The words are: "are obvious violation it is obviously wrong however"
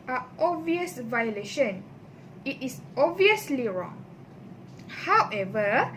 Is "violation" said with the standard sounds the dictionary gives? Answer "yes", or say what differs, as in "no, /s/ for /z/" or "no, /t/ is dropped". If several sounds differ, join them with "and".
yes